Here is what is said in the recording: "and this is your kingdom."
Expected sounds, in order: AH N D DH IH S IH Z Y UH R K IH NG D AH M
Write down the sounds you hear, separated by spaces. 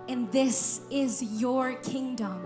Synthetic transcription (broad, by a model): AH N DH IH S IH Z Y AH R K IH NG D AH M